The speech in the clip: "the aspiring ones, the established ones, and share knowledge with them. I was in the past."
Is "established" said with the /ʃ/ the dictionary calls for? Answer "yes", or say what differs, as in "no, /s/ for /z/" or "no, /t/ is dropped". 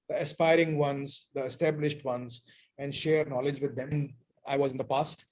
yes